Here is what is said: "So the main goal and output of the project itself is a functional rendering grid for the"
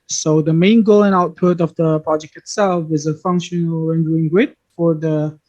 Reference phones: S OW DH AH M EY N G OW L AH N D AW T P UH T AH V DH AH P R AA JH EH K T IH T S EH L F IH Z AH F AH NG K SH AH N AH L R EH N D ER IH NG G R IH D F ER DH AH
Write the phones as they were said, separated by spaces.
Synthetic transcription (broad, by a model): S OW DH AH M EY N G OW L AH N AW T P UH T AH V DH AH P R AA JH EH K T IH T S EH L F IH Z AH F AH NG K SH AH N AH L R EH N D ER IH NG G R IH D F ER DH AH